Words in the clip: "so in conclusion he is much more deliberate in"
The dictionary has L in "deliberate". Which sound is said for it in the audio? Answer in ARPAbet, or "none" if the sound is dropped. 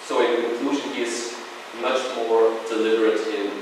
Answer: L